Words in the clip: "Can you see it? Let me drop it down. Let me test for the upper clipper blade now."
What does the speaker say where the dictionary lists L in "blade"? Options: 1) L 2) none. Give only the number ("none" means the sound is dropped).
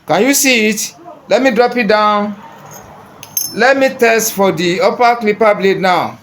1